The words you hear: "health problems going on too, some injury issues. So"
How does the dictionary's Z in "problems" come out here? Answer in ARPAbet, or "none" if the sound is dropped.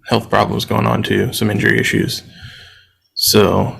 Z